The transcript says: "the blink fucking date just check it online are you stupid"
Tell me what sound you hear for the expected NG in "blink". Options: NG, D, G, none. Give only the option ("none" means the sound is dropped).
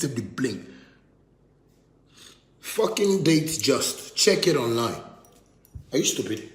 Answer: none